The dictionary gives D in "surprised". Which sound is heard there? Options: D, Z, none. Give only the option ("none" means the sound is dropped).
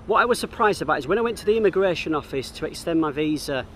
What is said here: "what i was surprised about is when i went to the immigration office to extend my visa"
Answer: D